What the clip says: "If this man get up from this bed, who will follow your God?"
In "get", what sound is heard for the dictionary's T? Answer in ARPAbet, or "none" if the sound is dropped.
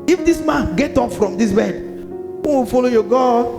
T